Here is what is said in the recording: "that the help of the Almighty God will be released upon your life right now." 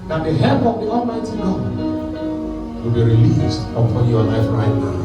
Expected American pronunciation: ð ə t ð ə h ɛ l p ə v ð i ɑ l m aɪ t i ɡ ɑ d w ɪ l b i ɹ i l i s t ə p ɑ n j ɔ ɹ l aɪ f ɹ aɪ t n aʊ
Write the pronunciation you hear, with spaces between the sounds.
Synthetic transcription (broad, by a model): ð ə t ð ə h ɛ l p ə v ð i ɑ l m aɪ t i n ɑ w ɪ l b i ɹ i l i s t ə p ɑ n j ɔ l aɪ f ɹ aɪ t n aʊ